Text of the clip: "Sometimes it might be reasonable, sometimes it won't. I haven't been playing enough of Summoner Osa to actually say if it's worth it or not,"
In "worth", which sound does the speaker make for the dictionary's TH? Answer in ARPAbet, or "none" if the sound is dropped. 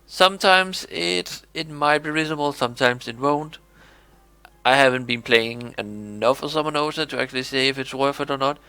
F